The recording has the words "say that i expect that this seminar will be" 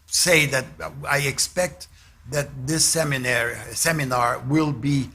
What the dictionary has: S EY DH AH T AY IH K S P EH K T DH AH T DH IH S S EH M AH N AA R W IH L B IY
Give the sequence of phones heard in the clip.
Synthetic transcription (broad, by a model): S EY DH AH T AY IH K S P EH K T DH AH T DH IH S S EH M AH N AA R W IH L B IY